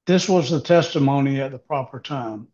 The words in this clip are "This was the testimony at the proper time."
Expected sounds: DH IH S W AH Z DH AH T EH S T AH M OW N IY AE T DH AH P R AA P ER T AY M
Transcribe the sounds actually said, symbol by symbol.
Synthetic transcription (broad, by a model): DH IH S W AH Z DH AH T EH S T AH M OW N IY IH T DH AH P R AA P ER T AY M